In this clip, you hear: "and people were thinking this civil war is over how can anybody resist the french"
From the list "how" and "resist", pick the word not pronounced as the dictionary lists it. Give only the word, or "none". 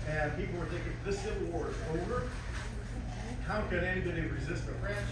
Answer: none